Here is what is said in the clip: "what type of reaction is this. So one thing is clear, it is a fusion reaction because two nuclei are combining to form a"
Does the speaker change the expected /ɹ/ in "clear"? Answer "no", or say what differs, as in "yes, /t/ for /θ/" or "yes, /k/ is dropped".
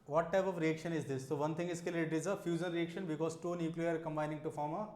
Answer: yes, /l/ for /ɹ/